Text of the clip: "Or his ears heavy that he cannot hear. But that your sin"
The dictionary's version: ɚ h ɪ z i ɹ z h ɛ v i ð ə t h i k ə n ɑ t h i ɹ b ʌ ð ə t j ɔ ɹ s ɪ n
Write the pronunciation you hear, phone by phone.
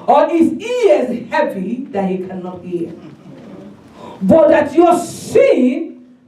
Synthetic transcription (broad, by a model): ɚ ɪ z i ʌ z h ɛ p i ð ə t h i k ə n ɑ t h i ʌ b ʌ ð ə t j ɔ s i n